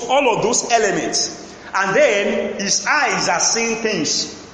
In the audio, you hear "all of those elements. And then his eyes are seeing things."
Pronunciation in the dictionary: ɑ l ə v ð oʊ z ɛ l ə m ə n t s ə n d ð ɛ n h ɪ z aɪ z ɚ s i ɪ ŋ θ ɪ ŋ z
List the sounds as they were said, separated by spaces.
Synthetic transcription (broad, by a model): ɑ l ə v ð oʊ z ɛ l ə m ə n t s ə n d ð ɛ n h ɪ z aɪ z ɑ s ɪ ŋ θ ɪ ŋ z